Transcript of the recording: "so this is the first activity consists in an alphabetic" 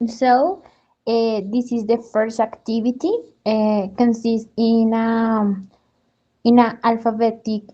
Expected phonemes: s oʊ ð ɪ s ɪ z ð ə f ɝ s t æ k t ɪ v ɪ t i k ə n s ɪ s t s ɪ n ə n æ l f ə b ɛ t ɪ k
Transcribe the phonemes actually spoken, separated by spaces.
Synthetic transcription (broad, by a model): s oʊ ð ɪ s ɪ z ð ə f ɝ s t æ k t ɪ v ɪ t i k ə n s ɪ s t ɪ n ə n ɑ l f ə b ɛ t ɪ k